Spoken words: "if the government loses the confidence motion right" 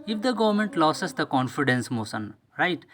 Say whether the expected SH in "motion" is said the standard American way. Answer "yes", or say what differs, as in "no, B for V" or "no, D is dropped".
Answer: no, S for SH